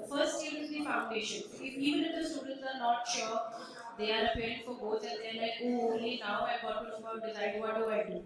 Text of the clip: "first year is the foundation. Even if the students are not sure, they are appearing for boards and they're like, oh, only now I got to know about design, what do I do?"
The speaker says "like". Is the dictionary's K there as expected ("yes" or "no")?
no